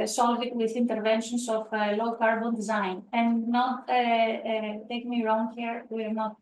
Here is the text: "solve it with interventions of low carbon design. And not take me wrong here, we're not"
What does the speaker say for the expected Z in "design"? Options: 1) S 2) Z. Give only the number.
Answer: 2